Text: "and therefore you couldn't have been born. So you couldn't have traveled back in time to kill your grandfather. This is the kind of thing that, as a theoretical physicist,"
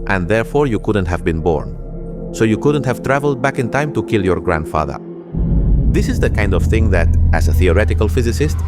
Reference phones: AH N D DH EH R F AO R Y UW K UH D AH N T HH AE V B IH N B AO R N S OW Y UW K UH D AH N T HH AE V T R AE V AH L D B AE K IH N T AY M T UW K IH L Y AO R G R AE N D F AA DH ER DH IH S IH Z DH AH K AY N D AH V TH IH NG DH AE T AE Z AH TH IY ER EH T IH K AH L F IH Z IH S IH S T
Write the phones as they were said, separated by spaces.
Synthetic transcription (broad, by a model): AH N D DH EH R F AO R Y UW K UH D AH N T HH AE V B IH N B AO R N S OW Y UW K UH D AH N T HH AE V T R AE V AH L D B AE K IH N T AY M T UW K IH L Y AO R G R AE N D F AA DH ER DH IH S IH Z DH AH K AY N D AH V TH IH NG DH AE T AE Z AH TH IY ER EH T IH K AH L F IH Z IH S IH S T